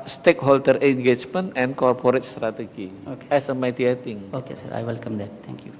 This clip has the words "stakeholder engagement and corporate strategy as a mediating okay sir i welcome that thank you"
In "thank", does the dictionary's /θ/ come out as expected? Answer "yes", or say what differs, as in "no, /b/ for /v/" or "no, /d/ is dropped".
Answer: no, /t/ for /θ/